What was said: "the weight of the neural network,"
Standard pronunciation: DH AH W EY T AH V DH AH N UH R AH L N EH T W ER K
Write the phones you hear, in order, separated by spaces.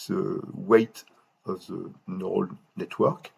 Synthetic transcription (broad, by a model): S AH W EY T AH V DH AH N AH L N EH T W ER K